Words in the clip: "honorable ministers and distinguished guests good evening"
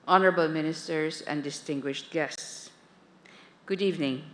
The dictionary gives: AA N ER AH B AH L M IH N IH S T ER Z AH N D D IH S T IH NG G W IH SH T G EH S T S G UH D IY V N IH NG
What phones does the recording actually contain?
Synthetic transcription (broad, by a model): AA N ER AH B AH L M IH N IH S T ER S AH N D D IH S T IH NG G W IH SH T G EH S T S G UH D IY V N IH NG